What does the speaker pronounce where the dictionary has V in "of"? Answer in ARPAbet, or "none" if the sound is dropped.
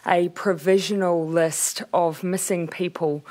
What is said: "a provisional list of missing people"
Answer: V